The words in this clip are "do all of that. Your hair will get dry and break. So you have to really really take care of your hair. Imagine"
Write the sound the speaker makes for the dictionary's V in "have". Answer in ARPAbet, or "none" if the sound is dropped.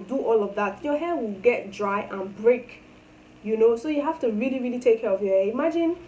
F